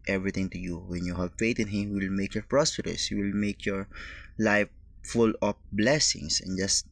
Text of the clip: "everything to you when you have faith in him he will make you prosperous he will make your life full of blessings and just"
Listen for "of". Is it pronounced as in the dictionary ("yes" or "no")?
no